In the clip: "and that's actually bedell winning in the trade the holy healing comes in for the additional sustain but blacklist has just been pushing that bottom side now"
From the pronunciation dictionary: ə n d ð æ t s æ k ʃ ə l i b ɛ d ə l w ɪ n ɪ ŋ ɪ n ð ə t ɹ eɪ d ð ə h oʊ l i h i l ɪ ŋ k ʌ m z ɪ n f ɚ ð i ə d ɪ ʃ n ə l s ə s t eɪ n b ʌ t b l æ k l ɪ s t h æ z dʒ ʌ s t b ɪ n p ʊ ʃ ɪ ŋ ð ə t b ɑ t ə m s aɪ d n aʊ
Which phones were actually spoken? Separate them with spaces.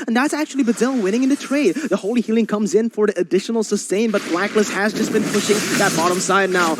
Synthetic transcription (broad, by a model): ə n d ð æ t s æ k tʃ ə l i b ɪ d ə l w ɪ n ɪ ŋ ɪ n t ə t ɹ eɪ d ð ə h oʊ l i h i l ɪ ŋ k ʌ m z ɪ n f ɚ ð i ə d ɪ ʃ n l s ə s t eɪ n b ʌ t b l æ k l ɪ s h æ z dʒ ʌ s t b ɪ n p ʊ ʃ ɪ ŋ ð ə t b ɑ t ə m s aɪ d n aʊ